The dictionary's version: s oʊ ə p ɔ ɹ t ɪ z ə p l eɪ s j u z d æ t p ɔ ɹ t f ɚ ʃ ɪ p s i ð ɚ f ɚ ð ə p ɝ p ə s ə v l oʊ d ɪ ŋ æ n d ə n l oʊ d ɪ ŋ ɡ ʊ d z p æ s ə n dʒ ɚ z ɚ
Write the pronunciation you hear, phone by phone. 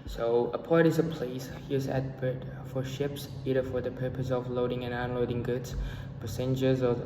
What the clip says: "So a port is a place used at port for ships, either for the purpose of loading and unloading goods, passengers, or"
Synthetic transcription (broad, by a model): s oʊ ə p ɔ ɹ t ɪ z ə p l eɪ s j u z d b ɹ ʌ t f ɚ ʃ ɪ p s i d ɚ f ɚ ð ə p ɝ p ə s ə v l oʊ d ɪ ŋ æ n ə n l oʊ d ɪ ŋ ɡ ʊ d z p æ s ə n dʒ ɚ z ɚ